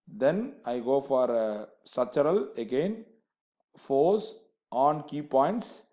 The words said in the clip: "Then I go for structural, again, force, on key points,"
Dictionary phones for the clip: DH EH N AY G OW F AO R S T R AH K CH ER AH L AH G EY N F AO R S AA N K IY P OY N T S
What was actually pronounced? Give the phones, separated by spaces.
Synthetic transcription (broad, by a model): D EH N AY G OW F AO R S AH CH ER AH L AH G EY N F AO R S AA N K IY P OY N T S